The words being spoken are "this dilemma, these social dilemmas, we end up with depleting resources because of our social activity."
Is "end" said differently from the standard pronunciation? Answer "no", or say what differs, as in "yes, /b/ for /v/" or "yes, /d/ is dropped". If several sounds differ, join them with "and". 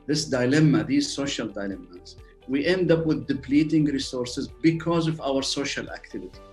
no